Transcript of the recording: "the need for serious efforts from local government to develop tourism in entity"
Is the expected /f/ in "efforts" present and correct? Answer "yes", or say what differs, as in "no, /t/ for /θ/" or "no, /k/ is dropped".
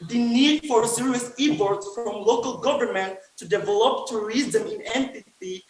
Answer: no, /p/ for /f/